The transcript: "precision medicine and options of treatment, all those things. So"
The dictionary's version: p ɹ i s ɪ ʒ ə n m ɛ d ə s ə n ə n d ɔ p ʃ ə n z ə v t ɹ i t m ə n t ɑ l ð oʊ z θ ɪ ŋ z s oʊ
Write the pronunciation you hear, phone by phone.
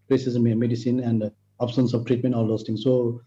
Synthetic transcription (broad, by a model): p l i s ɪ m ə m ɛ d ə s ə n ə n d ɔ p s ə n s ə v t ɹ i t m ə n t ɑ l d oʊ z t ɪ ŋ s oʊ